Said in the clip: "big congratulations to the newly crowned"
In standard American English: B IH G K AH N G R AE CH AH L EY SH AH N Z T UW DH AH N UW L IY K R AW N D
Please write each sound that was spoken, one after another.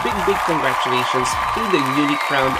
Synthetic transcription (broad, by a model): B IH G K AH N G R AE CH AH L EY SH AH N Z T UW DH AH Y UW N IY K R AW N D